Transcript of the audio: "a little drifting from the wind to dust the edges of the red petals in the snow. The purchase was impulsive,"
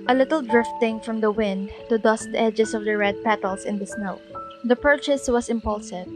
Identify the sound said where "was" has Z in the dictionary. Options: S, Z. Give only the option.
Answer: S